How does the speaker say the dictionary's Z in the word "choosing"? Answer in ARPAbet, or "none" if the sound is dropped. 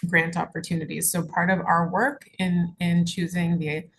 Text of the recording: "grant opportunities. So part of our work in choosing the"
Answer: Z